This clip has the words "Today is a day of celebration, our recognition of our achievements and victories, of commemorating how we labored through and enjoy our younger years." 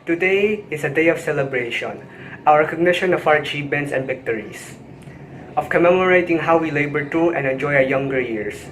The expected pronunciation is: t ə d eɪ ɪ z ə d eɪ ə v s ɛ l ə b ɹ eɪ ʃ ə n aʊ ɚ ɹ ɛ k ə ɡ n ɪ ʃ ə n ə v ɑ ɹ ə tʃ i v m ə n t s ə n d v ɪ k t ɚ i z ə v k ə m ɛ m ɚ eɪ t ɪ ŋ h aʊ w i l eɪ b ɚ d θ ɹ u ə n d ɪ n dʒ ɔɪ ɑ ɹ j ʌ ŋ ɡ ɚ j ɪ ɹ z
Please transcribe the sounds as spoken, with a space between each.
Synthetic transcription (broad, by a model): t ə d eɪ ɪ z ə d eɪ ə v s ɛ l ə b ɹ eɪ ʃ ə n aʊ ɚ ɹ ɛ k ə ɡ n ɪ ʃ ə n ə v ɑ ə tʃ i p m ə n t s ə n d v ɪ k t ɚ i s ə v k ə m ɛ m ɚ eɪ t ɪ ŋ h aʊ w i l eɪ b ɚ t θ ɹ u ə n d ɪ n dʒ ɔɪ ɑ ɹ j ʌ ŋ ɡ ɚ j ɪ ɹ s